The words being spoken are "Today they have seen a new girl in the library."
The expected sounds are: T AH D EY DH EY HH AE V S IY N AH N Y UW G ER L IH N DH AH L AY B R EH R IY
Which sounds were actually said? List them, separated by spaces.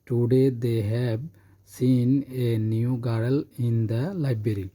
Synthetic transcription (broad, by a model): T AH D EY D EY HH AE B S IY N AH N Y UW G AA L IH N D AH L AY B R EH R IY